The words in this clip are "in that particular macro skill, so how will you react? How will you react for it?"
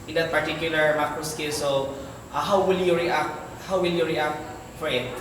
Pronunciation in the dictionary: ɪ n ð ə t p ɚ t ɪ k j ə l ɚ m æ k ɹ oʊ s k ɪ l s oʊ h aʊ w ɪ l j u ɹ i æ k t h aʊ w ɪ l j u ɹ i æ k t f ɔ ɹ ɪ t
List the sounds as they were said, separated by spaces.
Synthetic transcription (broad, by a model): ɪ n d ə t p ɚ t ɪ k j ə l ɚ m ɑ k oʊ s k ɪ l s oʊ h aʊ w ɪ l j u ɹ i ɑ k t h aʊ w ɪ l j u ɹ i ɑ k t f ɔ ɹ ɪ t